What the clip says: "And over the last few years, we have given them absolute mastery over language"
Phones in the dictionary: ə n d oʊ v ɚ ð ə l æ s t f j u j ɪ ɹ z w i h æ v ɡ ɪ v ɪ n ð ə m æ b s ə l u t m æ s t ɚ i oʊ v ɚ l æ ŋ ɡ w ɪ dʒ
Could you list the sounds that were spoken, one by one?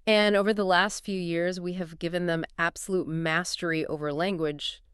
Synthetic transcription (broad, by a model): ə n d oʊ v ɚ ð ə l æ s t f j u j ɪ ɹ z w i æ v ɡ ɪ v ɪ n ð ə m æ b s ə l u t m æ s t ɚ i oʊ v ɚ l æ ŋ ɡ w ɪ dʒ